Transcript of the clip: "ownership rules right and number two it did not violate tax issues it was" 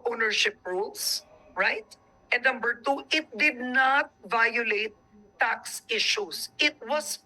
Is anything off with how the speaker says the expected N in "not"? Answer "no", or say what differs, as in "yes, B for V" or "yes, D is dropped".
no